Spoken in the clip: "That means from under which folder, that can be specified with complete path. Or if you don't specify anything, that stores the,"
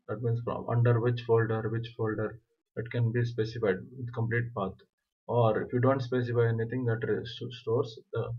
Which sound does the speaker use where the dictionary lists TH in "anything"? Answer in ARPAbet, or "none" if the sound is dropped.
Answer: T